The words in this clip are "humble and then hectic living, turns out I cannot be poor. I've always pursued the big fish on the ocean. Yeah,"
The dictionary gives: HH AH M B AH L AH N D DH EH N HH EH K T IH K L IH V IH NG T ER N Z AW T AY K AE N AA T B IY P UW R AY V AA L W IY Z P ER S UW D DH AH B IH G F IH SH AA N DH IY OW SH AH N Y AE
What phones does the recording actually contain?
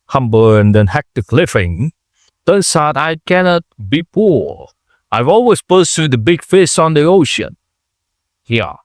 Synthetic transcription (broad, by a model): HH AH M B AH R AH N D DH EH N HH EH K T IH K L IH F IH NG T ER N S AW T AY K AE N AA T B IY P UW R AY V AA L W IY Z P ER S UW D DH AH B IH G F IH S AA N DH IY OW SH AH N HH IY